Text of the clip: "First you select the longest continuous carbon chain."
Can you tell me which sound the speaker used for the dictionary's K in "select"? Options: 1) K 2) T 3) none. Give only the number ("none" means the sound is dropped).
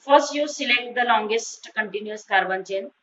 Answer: 1